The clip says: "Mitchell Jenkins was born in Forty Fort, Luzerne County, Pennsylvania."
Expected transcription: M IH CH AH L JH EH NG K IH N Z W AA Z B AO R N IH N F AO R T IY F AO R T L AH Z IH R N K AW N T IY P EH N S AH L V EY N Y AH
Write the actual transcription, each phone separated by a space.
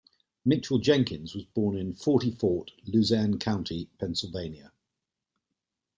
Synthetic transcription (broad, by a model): M IH CH AH L JH EH NG K IH N Z W AA Z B AO N IH N F AO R T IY F AO T L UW Z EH N K AW N T IY P EH N S AH L V EY N Y AH